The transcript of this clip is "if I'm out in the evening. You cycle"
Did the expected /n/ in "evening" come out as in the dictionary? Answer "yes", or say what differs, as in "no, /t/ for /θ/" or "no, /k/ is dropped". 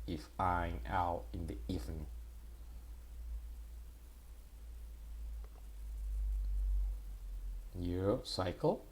no, /n/ is dropped